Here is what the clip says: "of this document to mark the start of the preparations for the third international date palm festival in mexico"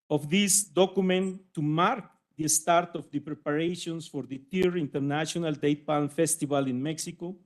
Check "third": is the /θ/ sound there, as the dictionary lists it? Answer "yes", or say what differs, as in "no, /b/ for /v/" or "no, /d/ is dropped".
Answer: no, /t/ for /θ/